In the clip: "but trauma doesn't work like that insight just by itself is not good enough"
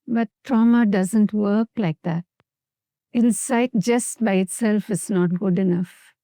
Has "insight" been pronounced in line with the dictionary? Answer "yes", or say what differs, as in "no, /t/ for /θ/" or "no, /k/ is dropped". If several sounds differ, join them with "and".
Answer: no, /l/ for /n/